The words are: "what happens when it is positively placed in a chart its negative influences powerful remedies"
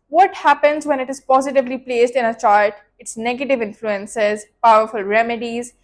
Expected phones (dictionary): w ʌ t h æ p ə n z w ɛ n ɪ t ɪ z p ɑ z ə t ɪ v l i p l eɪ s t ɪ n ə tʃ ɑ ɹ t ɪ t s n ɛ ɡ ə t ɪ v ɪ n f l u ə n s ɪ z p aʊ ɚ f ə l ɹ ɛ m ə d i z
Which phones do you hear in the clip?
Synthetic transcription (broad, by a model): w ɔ t h æ p ə n z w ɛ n ɪ t ɪ z p ɑ z ə t ɪ v l i p l eɪ s t ɪ n ə tʃ ɑ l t ɪ t s n ɛ ɡ ə t ɪ v ɪ n f l u ə n s ɪ z p aʊ ɚ f ə l ɹ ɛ m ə d i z